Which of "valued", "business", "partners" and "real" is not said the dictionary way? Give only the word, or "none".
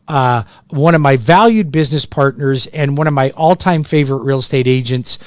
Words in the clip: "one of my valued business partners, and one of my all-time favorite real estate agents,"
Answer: none